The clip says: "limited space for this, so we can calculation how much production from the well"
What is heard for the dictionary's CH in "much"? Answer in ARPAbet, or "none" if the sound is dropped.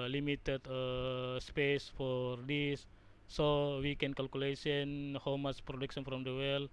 S